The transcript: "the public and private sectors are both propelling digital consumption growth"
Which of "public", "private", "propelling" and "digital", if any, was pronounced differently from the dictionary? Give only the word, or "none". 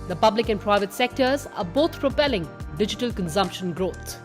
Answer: none